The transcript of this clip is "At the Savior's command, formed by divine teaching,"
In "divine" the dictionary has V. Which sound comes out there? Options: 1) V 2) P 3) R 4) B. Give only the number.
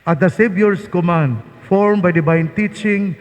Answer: 4